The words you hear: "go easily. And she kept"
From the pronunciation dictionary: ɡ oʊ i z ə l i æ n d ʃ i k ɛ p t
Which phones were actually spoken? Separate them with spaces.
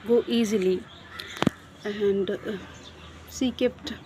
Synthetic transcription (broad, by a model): ɡ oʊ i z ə l i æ n d s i k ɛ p t